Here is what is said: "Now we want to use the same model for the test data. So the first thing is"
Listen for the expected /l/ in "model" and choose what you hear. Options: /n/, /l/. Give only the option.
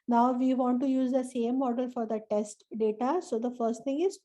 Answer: /l/